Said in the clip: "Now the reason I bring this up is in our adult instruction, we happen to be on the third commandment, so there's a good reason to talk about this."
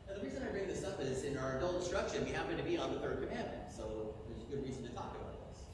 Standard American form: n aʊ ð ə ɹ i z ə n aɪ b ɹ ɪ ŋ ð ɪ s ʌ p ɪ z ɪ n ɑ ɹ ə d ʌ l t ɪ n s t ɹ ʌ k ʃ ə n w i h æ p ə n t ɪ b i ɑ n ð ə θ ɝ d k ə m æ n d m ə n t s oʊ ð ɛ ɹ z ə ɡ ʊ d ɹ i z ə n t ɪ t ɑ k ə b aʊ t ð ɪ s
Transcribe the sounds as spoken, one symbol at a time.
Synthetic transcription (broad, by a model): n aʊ ð ə ɹ i z ə n aɪ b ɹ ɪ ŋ ð ɪ s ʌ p ɪ z ɪ n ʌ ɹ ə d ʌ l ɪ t s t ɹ ʌ k ʃ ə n w i h æ p ə n t ɪ b i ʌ n ð ə θ ɝ d k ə m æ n m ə n t s oʊ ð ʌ ɹ z ə ɡ ʊ d ɹ i z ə n t ɪ t ɑ k ə b aʊ t ð ɪ s